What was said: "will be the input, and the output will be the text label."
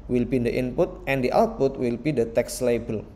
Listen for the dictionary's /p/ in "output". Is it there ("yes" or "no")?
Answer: yes